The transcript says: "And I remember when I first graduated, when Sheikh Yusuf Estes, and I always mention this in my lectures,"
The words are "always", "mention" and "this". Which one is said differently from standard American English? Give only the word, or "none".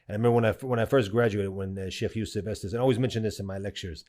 none